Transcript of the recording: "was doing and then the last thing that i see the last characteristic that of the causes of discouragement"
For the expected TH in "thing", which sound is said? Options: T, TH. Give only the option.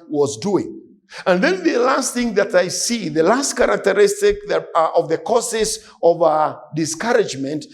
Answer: TH